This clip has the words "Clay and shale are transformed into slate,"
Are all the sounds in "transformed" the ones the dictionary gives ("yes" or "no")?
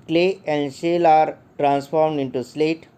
yes